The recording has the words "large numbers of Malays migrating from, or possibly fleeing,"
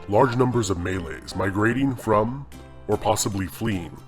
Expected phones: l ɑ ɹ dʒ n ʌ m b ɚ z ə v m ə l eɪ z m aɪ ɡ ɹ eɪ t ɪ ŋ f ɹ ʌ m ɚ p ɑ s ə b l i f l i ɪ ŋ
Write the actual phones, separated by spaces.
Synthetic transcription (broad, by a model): l ɑ ɹ dʒ n ʌ m b ɚ z ə v m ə l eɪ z m aɪ ɡ ɹ eɪ t ɪ ŋ f ɹ ʌ m ɚ p ɑ s ə b l i f l i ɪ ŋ